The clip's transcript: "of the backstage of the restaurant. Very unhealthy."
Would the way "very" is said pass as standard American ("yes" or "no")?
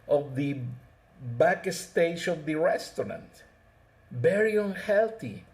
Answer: no